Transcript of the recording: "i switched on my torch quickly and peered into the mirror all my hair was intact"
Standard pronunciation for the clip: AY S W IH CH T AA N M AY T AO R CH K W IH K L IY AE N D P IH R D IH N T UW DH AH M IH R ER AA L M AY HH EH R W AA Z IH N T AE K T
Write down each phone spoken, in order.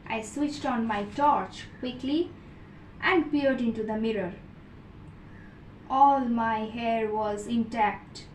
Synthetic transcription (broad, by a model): AY S W IH CH T AA N M AY T AO R CH K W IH K L IY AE N D P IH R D IH N T UW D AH M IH R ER AA L M AY HH EH R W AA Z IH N T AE K T